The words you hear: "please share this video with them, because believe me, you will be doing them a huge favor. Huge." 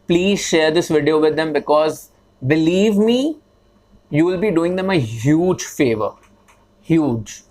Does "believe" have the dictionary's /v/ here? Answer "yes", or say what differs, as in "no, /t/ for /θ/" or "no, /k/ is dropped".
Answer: yes